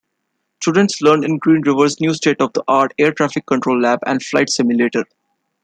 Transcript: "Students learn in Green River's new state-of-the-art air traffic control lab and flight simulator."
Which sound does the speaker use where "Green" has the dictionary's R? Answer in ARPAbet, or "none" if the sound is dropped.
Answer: R